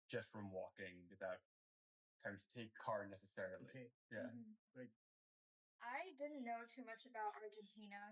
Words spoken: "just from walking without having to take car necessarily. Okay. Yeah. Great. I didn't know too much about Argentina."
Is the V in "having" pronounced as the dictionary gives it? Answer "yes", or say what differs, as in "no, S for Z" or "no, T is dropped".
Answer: no, V is dropped